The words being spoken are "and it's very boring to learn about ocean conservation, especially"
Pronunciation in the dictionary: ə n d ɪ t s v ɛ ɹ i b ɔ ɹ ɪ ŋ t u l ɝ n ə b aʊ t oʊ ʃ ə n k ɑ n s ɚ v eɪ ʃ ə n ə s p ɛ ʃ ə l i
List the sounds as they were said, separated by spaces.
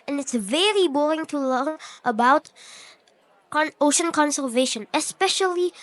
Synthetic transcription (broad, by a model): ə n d ɪ t s v ɛ ɹ i b ɔ ɹ ɪ ŋ t u l ɝ n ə b aʊ t oʊ ʃ ə n k ɑ n s ɚ v eɪ ʃ ə n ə s p ɛ ʃ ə l i